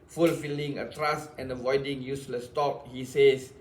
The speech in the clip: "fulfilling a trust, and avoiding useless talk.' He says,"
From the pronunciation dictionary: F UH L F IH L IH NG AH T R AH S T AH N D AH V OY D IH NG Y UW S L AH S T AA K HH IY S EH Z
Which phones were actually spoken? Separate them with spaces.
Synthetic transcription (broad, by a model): F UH L F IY L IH NG AH T R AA S T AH N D AH V OY D IH NG Y UW S L AH S T AA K HH IY S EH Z